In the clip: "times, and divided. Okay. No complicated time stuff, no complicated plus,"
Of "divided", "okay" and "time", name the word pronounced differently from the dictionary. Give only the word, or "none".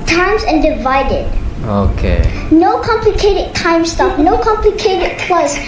none